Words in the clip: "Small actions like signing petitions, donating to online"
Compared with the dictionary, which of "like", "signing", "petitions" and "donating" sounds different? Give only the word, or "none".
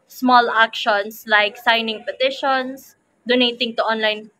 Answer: petitions